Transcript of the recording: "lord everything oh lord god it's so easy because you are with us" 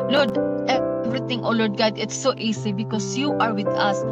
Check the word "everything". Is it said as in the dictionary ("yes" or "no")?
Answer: no